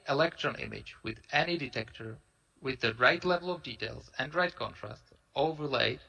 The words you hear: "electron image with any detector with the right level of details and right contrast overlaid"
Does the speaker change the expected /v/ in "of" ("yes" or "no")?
no